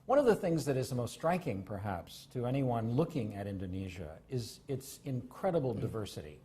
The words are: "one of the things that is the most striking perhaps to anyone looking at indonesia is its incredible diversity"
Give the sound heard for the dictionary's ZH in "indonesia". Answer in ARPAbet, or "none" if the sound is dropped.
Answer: ZH